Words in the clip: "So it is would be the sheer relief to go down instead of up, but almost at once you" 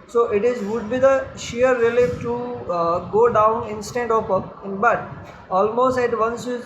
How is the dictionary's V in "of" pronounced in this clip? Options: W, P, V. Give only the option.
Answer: P